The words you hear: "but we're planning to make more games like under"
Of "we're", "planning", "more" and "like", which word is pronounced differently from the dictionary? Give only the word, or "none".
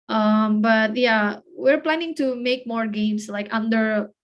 none